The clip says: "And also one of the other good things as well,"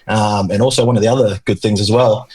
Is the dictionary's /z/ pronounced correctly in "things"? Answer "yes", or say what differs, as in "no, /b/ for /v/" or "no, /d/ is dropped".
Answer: yes